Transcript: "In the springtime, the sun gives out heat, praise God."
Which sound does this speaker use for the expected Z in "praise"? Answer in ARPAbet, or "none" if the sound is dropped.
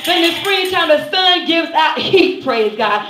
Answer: Z